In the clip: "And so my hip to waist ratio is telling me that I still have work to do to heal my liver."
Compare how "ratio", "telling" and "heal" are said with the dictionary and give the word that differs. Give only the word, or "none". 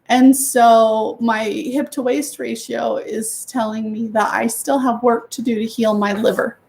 none